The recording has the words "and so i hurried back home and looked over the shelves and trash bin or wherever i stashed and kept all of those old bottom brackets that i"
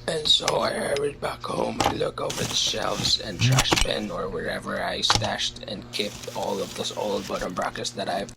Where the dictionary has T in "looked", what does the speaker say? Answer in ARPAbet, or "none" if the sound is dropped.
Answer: none